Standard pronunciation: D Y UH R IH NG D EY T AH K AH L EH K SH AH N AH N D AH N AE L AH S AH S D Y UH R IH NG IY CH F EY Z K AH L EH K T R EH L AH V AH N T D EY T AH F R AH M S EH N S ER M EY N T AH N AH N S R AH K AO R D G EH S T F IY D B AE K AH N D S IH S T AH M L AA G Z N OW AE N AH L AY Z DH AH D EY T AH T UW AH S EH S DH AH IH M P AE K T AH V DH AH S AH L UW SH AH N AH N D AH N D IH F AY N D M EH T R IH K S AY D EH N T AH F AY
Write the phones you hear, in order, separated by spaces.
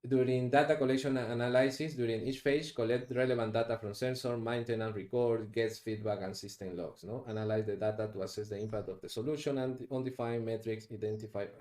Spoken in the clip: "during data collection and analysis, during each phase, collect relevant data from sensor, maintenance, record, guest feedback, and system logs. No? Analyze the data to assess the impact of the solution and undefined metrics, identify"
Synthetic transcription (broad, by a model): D Y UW R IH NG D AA T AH K AH L EH K SH AH N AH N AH N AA L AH S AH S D Y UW R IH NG IY CH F EY S K AH L EH K T R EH L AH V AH N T D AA T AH F R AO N S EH N S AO M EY N T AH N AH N R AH K AO R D G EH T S F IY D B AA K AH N S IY S T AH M L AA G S N OW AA N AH L AY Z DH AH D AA T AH T UW AH S EH S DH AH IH M P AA K T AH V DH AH S AH L UW SH AH N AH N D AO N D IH F AY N M EH T R IH K S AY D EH N T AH F AY